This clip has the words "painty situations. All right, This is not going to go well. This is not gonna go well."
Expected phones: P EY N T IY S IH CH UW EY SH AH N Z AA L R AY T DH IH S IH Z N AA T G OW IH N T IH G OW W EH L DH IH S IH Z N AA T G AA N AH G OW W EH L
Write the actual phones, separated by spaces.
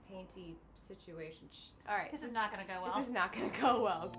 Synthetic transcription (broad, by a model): P EY N T IY S IH CH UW EY SH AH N AA L R AY T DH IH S IH Z N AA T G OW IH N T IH G OW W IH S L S IH Z N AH T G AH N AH G OW W EH L